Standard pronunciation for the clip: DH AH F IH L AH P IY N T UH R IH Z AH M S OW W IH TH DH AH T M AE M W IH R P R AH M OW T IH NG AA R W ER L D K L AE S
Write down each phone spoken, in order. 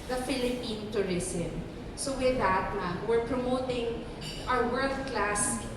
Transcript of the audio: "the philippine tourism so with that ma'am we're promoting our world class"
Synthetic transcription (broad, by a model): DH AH F IH L AH P IY N T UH R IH S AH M S OW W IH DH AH T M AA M W IH R P R AH M OW T IH NG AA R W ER L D K L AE S